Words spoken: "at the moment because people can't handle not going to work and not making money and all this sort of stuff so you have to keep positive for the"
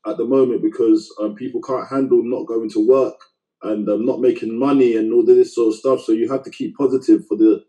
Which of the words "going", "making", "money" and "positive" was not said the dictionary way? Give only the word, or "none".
none